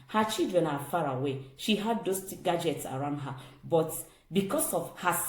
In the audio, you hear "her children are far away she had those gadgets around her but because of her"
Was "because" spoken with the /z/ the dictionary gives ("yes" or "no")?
no